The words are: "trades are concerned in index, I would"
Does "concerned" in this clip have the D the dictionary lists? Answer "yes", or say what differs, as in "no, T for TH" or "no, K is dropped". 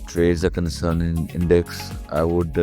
no, D is dropped